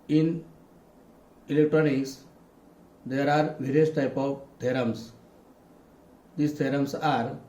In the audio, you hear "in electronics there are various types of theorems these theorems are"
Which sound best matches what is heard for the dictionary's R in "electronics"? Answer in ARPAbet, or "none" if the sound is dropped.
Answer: R